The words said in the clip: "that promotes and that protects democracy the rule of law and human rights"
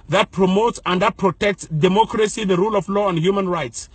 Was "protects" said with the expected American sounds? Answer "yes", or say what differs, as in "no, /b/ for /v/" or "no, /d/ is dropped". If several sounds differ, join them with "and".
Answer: yes